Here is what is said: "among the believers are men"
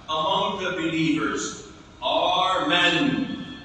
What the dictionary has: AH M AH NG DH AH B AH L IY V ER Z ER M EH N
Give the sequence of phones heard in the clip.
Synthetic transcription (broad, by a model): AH M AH NG DH AH B AH L IY V ER Z ER M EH N